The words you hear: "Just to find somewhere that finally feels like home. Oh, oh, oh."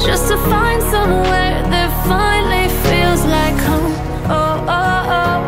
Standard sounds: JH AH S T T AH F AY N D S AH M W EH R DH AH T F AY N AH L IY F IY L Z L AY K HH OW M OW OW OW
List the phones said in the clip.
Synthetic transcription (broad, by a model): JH AH S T T AH F AY N D S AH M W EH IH DH AH T F AY N L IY F IY L Z L AY K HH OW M OW OW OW